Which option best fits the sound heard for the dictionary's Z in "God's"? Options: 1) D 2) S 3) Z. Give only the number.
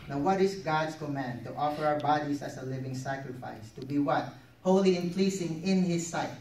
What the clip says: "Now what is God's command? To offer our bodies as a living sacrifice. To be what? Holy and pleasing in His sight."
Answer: 2